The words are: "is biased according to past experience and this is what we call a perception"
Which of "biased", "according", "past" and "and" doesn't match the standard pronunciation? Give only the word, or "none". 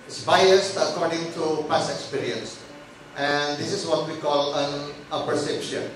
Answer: past